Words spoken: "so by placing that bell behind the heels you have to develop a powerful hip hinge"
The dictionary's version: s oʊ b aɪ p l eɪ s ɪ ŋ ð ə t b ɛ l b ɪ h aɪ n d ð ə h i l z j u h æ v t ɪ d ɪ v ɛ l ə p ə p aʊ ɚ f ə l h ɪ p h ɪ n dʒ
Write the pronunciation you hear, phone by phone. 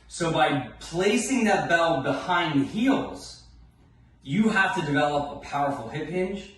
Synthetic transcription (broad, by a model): s oʊ b aɪ p l eɪ s ɪ ŋ ð ə t b ɛ l b ɪ h aɪ n d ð h i l z j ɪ h æ f t ɪ d ɪ v ɛ l ə p ə p aʊ ɚ f l h ɪ p h ɪ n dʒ